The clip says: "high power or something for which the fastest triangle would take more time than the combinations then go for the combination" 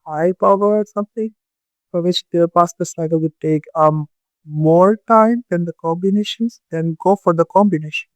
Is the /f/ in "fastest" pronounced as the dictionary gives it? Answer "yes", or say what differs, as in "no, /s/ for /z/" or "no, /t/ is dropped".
no, /p/ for /f/